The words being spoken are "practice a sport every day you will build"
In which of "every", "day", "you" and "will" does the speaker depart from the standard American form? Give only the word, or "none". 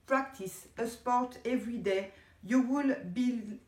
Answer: none